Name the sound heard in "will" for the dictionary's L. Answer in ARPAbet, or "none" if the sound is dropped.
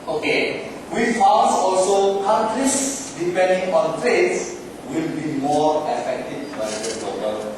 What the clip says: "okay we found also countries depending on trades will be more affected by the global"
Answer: L